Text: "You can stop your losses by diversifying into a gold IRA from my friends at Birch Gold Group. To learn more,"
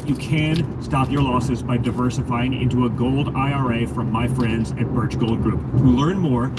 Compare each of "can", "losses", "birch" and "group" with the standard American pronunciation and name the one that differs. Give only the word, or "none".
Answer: none